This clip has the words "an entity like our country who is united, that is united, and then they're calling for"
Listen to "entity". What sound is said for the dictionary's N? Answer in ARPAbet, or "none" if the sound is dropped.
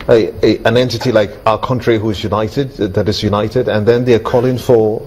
N